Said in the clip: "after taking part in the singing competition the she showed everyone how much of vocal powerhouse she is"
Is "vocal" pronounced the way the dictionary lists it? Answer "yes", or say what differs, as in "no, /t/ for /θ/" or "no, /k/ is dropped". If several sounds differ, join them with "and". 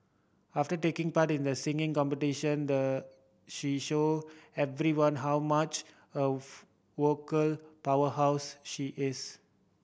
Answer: no, /w/ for /v/